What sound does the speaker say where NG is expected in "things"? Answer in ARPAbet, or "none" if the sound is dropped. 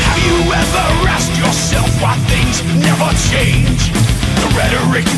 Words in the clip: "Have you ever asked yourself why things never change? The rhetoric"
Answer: NG